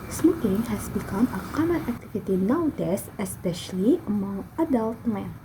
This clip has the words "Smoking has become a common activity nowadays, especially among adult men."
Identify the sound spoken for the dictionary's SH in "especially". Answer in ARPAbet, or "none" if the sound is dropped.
SH